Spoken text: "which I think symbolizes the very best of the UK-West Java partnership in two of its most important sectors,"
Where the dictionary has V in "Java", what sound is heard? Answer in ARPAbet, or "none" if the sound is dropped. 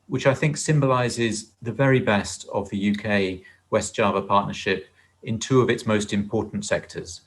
V